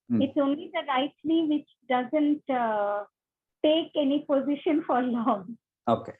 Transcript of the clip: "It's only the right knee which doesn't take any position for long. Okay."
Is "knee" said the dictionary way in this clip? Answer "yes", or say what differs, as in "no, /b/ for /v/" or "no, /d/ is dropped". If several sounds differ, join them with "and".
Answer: no, /l/ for /n/